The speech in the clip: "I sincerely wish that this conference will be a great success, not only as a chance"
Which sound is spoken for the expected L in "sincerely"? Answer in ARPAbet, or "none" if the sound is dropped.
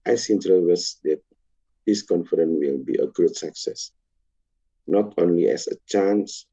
none